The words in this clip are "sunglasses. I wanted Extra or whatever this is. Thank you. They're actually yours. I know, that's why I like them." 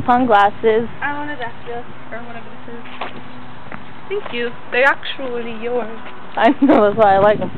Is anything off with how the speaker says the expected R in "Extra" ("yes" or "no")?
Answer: yes